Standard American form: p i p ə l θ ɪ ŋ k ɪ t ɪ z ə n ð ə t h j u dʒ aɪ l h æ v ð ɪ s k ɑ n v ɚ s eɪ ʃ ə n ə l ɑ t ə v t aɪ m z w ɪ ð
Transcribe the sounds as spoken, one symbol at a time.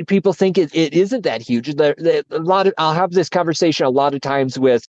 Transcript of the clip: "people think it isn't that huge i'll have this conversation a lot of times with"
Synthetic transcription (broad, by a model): p i p l θ ɪ ŋ k ɪ t ɪ z ə n ð ə t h j u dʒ aɪ l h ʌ v ð ɪ s k ɑ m v ɚ s eɪ ʃ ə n ə l ɑ t ə v t aɪ m z w ɪ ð